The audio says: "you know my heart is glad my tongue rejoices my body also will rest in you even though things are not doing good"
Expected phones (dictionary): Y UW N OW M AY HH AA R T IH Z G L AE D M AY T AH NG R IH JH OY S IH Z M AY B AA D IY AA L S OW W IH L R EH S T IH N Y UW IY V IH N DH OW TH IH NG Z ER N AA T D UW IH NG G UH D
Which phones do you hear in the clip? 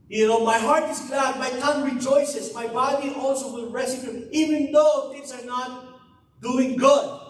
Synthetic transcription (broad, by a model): Y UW N OW M AY HH AA R T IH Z G L AE D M AY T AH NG R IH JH OY S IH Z M AY B AA D IY AA L S OW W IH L R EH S IH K Y UW IY V IH N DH OW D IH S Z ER N AA T D UW IH NG G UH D